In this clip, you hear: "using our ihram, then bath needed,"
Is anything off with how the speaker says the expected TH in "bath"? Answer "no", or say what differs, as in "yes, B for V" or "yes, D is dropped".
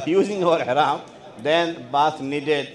yes, S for TH